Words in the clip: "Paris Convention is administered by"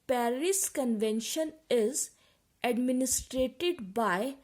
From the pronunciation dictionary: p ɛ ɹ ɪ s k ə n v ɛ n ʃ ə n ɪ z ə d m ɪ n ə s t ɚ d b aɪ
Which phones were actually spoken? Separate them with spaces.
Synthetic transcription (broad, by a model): p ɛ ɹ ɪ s k ə n v ɛ n ʃ ə n ɪ z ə d m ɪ n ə s t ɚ d b aɪ